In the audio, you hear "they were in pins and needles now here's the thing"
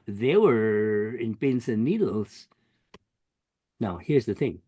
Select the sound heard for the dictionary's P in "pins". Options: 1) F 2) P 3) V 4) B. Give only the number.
4